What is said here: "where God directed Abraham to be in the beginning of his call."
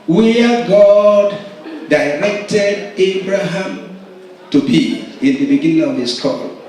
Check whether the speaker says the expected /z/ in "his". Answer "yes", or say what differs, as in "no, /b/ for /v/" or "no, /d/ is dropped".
no, /s/ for /z/